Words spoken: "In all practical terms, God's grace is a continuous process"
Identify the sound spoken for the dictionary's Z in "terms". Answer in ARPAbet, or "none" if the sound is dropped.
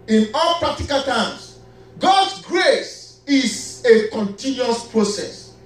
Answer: S